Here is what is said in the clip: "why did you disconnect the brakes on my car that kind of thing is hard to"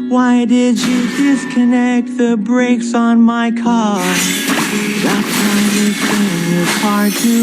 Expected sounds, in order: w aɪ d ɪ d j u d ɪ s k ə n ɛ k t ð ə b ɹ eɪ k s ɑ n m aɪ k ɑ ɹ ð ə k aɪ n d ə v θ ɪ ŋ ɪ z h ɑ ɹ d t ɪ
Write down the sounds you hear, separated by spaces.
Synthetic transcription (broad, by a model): w aɪ d ɪ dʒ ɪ d ɪ s k ə n ɛ k t ð ə b ɹ eɪ k s n m aɪ k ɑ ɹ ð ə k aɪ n ə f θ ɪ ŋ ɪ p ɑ ɹ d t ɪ